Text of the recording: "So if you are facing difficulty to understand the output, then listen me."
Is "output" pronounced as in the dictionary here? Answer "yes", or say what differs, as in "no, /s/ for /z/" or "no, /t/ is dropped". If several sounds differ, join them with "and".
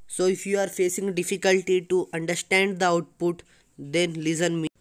yes